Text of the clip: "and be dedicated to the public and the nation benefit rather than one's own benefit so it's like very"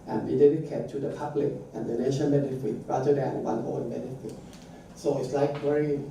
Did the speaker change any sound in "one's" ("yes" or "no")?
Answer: yes